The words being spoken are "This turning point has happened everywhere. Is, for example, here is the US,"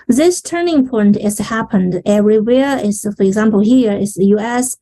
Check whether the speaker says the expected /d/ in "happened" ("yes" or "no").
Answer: yes